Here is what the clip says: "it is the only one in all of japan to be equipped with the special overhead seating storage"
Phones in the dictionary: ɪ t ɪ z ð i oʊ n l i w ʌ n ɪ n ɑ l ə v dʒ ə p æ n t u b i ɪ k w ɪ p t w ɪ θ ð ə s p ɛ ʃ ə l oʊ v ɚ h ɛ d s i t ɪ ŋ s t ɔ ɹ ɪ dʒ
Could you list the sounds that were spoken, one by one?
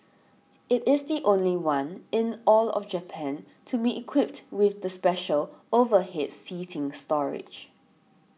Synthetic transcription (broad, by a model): ɪ t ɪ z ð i oʊ n l i w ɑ n ɪ n ɑ l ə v dʒ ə p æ n t u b i ɪ k w ɪ p t w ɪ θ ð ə s p ɛ ʃ ə l oʊ v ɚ h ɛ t s i t ɪ ŋ s t ɔ ɹ ɪ dʒ